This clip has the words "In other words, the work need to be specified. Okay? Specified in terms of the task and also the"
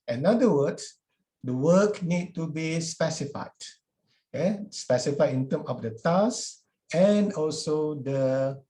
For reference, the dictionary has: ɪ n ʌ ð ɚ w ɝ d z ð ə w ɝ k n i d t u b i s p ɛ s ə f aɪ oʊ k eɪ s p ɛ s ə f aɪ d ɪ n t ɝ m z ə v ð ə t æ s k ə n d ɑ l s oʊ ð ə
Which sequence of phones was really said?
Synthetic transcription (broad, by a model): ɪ n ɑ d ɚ w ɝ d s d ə w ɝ k n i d t u b i s p ɛ s ə f aɪ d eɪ s p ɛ s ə f aɪ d ɪ n t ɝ m ə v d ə t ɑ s ə n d ɑ l s oʊ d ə